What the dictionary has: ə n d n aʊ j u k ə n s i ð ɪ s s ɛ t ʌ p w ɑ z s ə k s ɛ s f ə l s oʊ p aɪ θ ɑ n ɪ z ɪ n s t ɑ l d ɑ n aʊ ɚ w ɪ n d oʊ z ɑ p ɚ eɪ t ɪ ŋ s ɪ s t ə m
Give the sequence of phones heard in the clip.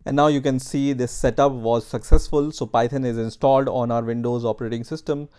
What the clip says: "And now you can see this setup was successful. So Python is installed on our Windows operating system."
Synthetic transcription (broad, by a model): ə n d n aʊ j u k ə n s i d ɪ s s ɛ t ʌ p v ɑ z s ə k s ɛ s f ə l s oʊ p aɪ t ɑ n ɪ z ɪ n s t ɑ l d ɑ n aʊ ɚ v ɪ n d oʊ z ɑ p ɚ eɪ t ɪ ŋ s ɪ s t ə m